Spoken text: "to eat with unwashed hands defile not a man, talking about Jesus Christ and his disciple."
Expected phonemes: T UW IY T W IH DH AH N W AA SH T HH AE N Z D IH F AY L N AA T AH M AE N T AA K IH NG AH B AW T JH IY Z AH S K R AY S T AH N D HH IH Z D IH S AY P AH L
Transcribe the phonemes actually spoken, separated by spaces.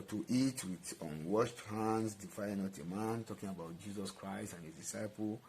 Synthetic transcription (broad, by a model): T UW IY T W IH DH AH N W AA SH T HH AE N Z D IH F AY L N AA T AH M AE N T AA K IH NG AH B AW T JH IY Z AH S K R AY S T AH N HH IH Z D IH S AY P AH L